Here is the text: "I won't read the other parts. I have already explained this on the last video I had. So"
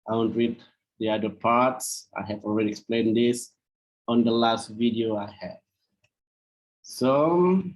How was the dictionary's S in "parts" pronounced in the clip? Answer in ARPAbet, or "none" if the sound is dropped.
S